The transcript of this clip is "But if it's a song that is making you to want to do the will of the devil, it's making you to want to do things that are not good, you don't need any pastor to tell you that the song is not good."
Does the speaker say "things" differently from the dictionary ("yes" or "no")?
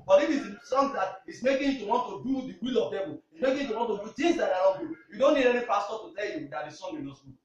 yes